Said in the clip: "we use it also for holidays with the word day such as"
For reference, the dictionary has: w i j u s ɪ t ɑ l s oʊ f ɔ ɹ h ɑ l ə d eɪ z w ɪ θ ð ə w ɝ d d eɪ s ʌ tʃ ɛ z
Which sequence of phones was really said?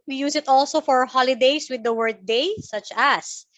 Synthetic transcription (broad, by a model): w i j u s ɪ t ɑ l s oʊ f ɔ ɹ h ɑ l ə d eɪ s w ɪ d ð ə w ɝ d d eɪ s ʌ tʃ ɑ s